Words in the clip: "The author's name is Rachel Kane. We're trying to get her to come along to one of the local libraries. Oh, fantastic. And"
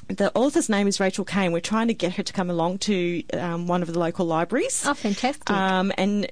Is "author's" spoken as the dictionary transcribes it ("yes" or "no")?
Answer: yes